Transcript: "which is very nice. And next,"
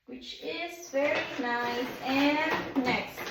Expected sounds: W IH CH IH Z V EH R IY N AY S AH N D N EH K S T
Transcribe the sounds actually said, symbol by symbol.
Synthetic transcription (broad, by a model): W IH CH IH Z F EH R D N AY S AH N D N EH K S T